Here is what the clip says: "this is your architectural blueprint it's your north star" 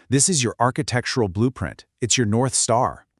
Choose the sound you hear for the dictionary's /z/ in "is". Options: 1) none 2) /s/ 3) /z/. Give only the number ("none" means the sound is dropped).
3